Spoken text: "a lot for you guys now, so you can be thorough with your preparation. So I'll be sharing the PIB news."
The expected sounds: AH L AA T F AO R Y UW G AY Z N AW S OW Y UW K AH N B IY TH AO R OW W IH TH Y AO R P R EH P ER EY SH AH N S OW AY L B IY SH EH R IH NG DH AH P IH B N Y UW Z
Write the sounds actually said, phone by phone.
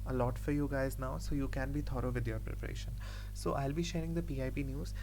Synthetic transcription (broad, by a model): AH L AA T F AO R Y UW G AY Z N AW S OW Y UW K AH N B IY T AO R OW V IH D Y AO R P R EH P ER EY SH AH N S OW AY L B IY SH EH R IH NG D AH P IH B N Y UW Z